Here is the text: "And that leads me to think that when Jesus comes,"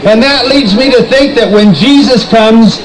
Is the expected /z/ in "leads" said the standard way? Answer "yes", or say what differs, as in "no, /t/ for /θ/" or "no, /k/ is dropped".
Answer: yes